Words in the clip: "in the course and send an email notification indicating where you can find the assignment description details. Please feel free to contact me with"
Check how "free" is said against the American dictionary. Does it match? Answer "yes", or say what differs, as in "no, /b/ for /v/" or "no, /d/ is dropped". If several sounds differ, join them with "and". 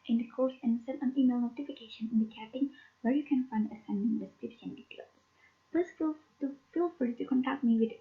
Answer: no, /ɹ/ is dropped